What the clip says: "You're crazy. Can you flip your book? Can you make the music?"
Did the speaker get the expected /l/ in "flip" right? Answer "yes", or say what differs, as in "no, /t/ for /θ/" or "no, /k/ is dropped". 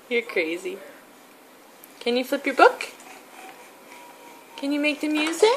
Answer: yes